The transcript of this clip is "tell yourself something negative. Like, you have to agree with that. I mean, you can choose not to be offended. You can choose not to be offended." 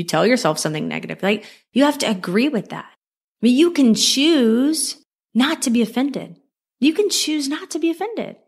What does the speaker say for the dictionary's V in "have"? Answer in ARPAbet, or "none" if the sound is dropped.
F